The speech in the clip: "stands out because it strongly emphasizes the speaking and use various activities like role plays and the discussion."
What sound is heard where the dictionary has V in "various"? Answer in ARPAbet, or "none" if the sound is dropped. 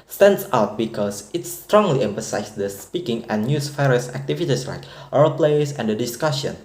F